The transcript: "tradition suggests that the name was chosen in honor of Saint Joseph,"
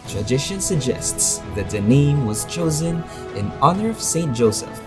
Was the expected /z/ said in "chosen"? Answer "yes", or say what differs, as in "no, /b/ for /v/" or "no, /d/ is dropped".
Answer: yes